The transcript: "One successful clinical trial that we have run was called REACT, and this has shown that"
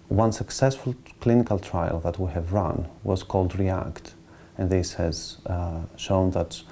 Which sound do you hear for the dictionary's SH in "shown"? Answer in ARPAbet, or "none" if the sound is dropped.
SH